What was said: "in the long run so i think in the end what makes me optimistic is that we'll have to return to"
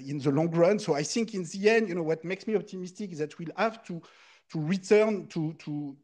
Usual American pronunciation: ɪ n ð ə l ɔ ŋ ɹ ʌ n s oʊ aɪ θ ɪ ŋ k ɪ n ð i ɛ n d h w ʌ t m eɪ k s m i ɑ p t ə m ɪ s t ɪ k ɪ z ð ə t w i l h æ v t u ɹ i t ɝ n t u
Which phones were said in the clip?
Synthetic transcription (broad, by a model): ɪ n ð ə l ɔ ŋ ɹ ʌ n s oʊ aɪ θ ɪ ŋ k ɪ n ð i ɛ n d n w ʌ t m eɪ k s m i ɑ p t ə m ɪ s t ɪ k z ð ə t w i l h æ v t u ɹ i t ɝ n t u